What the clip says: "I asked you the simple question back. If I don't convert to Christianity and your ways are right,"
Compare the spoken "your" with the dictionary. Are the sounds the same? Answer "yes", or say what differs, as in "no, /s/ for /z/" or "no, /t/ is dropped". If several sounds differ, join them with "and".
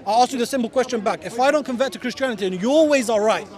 no, /l/ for /ɹ/